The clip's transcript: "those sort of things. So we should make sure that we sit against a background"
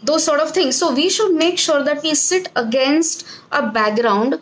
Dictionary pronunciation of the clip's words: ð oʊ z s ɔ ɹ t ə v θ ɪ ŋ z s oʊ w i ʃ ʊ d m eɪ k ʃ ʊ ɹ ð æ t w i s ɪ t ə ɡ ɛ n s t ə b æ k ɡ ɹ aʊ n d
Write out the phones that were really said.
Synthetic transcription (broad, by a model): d oʊ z s ɔ ɹ t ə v t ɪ ŋ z s oʊ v i ʃ ʊ d m eɪ k ʃ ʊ ɹ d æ t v i s ɪ t ə ɡ ɛ n s t ə b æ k ɡ ɹ aʊ n d